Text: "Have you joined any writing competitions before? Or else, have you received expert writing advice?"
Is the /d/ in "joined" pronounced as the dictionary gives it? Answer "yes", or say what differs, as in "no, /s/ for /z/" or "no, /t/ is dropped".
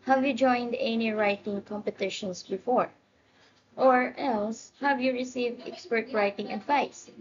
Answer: yes